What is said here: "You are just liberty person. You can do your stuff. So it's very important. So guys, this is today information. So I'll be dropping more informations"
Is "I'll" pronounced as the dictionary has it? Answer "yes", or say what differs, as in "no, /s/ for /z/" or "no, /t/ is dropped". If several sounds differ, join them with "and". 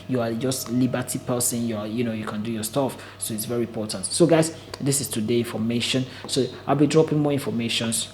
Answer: yes